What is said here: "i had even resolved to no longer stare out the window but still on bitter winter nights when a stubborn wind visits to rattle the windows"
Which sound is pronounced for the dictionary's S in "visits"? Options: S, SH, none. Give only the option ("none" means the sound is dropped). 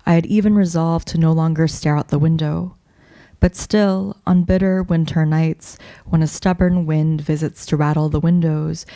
S